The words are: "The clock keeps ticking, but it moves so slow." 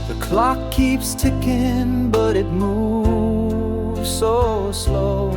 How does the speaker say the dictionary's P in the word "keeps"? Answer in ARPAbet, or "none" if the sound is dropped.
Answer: P